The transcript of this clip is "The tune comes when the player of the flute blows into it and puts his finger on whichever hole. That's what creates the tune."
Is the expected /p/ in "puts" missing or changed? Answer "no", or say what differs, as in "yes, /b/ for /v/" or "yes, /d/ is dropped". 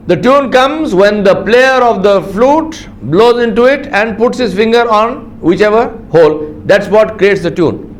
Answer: no